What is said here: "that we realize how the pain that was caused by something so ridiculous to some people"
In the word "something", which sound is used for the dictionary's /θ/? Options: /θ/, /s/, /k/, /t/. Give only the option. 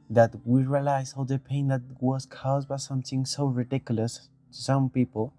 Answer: /t/